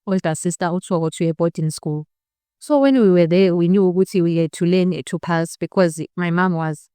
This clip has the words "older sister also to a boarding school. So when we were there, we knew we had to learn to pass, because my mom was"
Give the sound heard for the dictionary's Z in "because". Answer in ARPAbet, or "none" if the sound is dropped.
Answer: Z